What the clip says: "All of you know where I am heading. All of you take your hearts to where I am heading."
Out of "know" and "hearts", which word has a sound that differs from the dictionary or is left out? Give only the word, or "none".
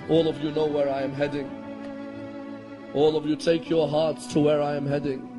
none